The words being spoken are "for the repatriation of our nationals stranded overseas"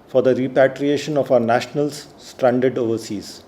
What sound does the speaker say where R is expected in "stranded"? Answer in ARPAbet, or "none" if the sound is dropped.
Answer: R